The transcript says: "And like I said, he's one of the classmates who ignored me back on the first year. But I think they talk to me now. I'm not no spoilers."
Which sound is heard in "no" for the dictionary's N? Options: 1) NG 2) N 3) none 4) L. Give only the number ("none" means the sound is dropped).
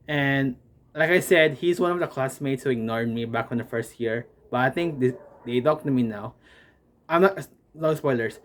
4